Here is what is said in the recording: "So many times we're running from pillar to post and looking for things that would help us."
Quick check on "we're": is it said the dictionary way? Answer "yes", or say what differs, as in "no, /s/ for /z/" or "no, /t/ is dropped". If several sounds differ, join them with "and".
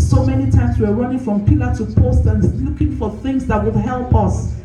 no, /w/ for /ɹ/